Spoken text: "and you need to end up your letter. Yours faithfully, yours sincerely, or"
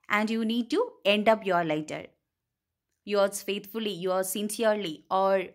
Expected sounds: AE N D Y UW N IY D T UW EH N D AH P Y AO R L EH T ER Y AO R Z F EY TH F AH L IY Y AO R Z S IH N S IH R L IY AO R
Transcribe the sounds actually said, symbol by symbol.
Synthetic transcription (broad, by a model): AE N D Y UW N IY D T UW EH N D AH P Y AO R L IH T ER Y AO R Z F EY T F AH L IY Y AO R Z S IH N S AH R L IY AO R